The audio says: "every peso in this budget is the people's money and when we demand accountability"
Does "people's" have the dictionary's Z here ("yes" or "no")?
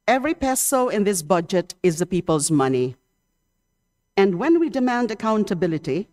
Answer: yes